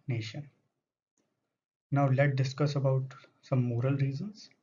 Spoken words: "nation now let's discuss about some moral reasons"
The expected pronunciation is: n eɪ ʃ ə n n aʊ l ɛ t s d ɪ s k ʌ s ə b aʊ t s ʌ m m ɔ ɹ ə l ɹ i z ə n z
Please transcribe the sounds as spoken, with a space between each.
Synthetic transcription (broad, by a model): n eɪ ʃ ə n n aʊ l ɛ t d ɪ s k ʌ s ə b aʊ t s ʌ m m ɔ ɹ ə l ɹ i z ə n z